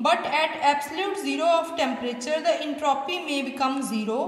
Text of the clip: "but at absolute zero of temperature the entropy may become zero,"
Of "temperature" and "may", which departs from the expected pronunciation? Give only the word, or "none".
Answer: none